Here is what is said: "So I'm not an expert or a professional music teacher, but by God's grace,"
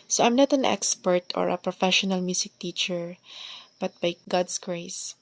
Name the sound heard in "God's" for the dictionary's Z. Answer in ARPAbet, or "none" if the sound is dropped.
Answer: S